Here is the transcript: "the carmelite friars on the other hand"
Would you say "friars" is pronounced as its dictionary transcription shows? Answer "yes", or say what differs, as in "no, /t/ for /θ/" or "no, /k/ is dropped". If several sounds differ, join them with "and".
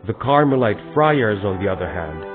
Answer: yes